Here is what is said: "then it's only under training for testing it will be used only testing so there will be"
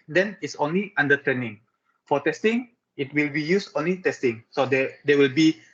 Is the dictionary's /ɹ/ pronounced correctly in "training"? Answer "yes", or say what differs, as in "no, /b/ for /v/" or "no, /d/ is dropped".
no, /ɹ/ is dropped